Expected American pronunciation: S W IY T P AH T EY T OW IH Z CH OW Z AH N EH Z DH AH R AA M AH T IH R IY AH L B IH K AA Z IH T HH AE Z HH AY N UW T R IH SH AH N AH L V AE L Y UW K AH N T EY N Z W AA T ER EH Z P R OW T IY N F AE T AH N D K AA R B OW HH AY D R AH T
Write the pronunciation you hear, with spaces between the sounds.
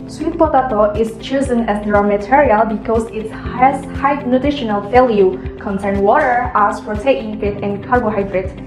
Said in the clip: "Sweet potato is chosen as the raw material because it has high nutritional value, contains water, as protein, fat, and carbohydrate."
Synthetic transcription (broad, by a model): S W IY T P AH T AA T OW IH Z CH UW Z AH N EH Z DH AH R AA M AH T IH R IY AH L B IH K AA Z IH T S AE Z HH AY N UW T R IH SH AH N AH L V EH L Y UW K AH N S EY N W AA T ER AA S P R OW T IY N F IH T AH N K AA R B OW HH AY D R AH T